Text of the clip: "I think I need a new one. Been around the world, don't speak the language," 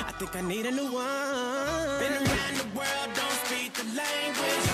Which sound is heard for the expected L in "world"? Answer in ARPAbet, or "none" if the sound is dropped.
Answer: L